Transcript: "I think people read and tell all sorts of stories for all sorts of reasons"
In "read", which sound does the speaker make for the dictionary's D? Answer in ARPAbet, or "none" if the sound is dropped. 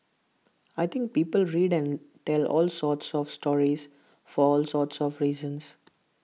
D